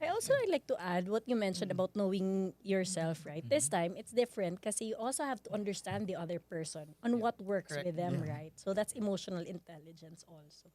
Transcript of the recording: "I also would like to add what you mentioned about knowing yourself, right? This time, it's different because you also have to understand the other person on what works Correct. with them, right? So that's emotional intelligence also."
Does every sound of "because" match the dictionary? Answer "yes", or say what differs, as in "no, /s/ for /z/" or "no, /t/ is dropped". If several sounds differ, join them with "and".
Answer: no, /z/ is dropped